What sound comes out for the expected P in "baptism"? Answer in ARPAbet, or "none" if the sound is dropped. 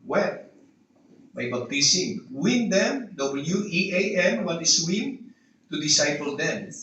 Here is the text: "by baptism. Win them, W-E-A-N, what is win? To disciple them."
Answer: B